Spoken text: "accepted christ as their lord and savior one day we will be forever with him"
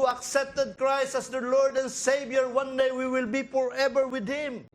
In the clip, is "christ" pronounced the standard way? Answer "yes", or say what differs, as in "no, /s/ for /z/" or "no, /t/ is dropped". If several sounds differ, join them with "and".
yes